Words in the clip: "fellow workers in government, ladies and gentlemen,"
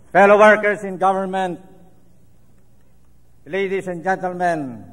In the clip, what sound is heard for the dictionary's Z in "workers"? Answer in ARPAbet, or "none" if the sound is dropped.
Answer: S